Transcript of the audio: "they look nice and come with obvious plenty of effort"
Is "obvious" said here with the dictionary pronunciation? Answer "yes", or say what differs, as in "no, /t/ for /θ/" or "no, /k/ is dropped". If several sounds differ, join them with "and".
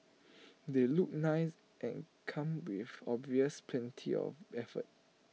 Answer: yes